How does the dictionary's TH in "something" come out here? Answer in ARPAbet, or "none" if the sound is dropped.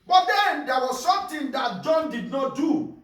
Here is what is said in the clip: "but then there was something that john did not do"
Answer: T